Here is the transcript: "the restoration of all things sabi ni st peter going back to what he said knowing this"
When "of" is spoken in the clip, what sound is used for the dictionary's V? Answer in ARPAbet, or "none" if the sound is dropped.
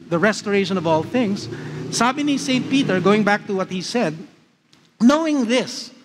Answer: V